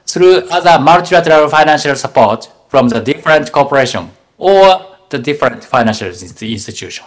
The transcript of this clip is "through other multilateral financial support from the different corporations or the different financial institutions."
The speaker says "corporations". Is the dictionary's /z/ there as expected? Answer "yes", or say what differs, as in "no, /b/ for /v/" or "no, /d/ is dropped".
no, /z/ is dropped